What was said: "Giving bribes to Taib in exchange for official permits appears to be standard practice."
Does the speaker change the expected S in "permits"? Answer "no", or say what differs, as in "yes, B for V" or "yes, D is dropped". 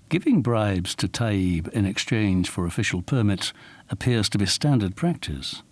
yes, S is dropped